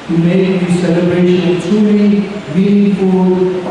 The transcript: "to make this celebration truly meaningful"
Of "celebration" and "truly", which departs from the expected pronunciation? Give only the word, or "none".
truly